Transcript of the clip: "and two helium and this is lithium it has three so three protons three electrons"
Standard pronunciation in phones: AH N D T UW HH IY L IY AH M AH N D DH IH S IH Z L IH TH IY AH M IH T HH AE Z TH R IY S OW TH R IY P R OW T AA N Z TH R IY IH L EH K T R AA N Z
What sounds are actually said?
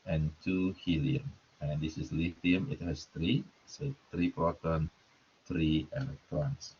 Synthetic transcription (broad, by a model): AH N T UW HH IY L IY AH M AH N D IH S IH S L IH F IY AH M IH T HH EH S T R IY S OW T R IY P R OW T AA N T R IY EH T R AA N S